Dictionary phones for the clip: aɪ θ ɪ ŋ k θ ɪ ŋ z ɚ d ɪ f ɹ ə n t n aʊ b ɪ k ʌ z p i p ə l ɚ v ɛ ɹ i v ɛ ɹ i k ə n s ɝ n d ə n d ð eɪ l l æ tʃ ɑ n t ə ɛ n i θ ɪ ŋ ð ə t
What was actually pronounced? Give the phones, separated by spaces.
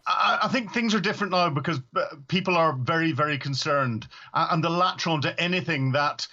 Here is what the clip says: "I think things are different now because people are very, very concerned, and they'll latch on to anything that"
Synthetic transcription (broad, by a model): aɪ θ ɪ ŋ k θ ɪ ŋ z ɚ d ɪ f ɹ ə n n aʊ b ɪ k ʌ z p i p ə l ɚ v ɛ ɹ i v ɛ ɹ i k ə n s ɝ n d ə n ð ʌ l l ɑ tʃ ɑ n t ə ɛ n i θ ɪ ŋ ð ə t